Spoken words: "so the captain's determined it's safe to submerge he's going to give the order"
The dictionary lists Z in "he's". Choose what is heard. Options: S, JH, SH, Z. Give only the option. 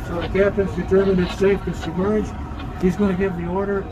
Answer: Z